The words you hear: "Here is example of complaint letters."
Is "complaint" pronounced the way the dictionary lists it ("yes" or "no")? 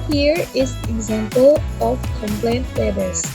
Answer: yes